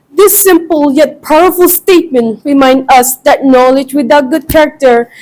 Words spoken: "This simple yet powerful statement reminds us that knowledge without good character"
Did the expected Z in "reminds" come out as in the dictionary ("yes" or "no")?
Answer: no